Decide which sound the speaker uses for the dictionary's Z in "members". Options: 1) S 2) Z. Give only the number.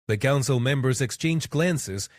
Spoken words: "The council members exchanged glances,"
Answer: 2